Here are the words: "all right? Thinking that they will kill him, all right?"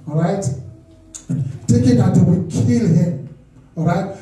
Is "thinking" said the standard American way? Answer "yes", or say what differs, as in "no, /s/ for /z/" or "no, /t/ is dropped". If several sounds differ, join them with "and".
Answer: no, /t/ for /θ/ and /ŋ/ is dropped